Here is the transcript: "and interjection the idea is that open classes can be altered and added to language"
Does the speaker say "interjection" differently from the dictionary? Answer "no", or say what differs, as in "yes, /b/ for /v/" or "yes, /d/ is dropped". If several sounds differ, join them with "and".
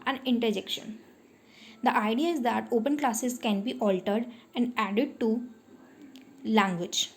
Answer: no